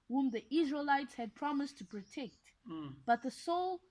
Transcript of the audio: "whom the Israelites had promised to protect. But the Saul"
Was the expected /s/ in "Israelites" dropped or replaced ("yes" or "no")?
no